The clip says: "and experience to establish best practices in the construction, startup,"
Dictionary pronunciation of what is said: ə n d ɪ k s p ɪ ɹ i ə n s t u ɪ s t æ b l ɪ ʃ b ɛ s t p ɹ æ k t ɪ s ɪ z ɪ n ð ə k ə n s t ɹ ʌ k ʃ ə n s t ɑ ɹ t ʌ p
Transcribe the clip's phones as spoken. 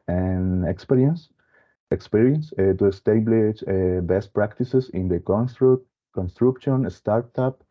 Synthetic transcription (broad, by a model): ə n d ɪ k s p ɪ ɹ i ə n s t u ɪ s t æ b l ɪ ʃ b ɛ s t p ɹ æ k t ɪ s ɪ s ɪ n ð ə k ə n s t ɹ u k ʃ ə n s t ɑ ɹ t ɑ p